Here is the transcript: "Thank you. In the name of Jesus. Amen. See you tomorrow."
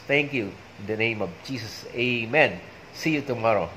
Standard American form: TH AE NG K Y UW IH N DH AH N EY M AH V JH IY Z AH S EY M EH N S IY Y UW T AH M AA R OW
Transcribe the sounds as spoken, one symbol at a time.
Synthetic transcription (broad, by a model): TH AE NG K Y UW IH N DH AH N EY M AH V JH IY S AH S EY M EH N S IY Y UW T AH M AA R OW